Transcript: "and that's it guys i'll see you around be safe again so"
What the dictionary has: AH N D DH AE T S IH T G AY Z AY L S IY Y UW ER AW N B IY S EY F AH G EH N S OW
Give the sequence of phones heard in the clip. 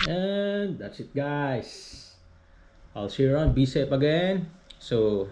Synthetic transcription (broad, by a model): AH N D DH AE T S IH T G AY S AY L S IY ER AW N B IY S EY P AH G EH N S OW